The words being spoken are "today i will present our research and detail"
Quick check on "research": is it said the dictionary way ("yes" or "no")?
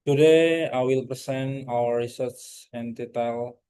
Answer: no